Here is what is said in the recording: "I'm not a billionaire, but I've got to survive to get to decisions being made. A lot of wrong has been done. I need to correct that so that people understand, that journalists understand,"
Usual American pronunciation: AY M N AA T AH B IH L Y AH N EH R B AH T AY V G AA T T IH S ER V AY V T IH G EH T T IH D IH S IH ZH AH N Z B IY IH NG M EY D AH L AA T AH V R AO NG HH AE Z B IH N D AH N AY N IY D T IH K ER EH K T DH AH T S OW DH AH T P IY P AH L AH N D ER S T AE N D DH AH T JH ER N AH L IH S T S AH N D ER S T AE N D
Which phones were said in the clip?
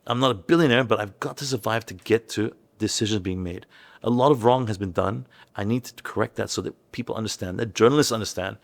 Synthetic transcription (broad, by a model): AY M N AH T AH B IH L Y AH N EH R B AH T AY V G AA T T IH S ER V AY V T IH G EH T T IH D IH S IH ZH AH N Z B IY IH NG M EY D AH L AA T AH V R AO NG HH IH Z B IH N D AH N AY N IY D T IH K ER EH K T DH AH T S OW DH AH T P IY P L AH N D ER S T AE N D DH AH T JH ER N L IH S T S AH N D ER S T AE N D